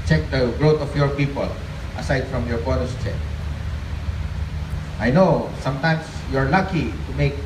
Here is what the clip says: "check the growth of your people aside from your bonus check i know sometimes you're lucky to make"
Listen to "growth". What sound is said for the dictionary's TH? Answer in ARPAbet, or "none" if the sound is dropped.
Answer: T